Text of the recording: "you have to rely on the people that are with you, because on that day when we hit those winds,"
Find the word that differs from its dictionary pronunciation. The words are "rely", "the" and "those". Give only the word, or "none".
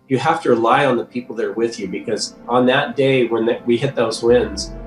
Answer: none